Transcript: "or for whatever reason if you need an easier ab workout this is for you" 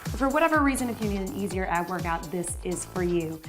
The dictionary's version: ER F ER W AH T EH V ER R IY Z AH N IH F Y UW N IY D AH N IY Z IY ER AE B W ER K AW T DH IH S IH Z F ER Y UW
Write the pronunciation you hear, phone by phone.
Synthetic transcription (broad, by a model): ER F ER W AH T EH V ER R IY Z AH N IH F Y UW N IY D AH N IY Z IY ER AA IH W ER K AW T DH IH S IH Z F ER Y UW